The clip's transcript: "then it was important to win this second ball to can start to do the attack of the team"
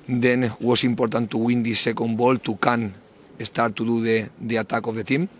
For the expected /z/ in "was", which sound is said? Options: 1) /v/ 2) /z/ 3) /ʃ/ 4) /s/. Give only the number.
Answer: 4